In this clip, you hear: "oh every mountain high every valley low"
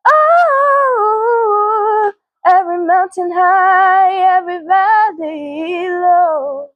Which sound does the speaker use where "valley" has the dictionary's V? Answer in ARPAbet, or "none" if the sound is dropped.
B